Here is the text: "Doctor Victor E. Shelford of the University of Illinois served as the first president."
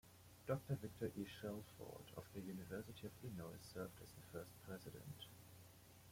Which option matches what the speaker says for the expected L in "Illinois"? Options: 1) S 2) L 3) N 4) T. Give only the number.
3